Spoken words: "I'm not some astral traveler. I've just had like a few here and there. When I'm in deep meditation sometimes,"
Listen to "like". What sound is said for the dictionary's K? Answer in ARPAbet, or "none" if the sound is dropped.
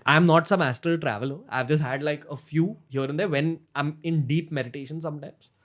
K